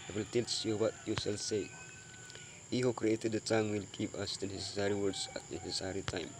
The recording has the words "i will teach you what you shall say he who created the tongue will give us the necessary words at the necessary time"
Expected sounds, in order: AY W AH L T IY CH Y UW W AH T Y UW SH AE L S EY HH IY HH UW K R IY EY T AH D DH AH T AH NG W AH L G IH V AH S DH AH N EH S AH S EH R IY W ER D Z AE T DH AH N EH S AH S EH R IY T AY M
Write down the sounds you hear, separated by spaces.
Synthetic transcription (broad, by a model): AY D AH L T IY S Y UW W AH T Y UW S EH L S EY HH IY HH UW K R IY EY T AH D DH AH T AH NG W AH L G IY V AH S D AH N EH S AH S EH R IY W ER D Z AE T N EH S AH S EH R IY T AY M